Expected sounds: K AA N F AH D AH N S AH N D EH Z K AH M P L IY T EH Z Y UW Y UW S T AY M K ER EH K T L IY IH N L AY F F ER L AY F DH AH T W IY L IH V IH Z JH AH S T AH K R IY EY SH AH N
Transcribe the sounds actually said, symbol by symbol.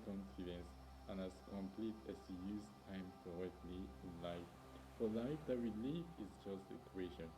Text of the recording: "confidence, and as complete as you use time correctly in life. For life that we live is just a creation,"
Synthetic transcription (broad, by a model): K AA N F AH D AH N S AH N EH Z K AH M P L IY T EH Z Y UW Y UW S T AY M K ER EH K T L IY IH N L AY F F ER L AY F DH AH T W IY L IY F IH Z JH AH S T AH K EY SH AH N